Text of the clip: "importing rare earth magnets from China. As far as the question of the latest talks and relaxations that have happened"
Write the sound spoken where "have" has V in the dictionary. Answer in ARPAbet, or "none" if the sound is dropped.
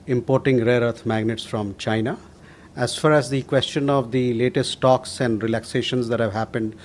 V